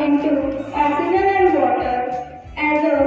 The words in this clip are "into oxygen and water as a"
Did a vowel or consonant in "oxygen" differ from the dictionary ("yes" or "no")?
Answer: yes